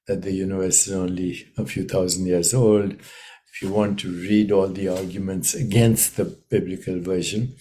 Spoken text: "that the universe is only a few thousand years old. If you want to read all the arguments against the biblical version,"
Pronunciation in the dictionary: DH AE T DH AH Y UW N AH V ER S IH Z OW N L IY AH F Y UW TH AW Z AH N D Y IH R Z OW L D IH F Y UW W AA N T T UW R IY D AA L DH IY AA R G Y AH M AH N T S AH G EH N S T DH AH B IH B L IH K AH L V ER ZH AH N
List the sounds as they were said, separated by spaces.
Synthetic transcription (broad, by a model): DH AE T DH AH Y UW N AH V ER S IH Z OW N L IY AH F Y UW T AW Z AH N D Y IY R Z OW L D IH F Y UW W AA N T T UW R IY D AA L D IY AA R G Y AH M AH N T S AH G EH N S T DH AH B IH B L IH K AH L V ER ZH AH N